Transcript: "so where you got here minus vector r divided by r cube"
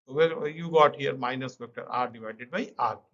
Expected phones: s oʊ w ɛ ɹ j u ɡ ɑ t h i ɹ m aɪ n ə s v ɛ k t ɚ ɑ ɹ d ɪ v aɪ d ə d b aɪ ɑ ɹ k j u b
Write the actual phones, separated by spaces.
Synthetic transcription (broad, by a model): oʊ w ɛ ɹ j u ɡ ɑ t h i ɹ m aɪ n ə s p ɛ k t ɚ ɑ ɹ d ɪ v aɪ d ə d b aɪ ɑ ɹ